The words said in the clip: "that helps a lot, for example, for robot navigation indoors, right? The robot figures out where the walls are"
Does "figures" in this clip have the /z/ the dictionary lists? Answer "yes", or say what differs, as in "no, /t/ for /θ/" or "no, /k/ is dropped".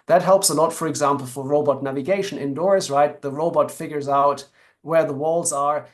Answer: yes